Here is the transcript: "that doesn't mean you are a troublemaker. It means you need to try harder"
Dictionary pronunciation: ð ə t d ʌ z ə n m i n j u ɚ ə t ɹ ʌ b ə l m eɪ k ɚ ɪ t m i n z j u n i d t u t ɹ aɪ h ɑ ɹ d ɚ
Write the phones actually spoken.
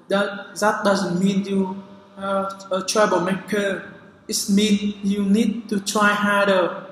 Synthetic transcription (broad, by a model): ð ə t d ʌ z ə n m i n j u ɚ ə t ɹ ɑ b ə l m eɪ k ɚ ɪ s m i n j u n i d t u t ɹ aɪ h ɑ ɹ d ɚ